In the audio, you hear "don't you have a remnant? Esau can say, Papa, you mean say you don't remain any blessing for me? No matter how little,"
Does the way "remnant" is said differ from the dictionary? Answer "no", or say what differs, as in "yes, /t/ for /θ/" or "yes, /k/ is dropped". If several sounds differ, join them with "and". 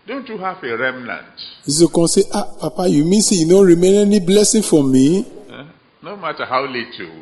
no